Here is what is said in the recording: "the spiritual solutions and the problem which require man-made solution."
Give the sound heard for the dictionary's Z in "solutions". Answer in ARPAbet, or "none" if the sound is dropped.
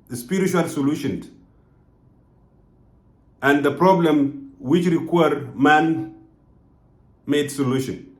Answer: none